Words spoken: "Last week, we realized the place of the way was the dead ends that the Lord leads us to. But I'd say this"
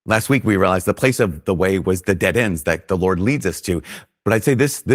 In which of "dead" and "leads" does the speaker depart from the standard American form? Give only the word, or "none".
none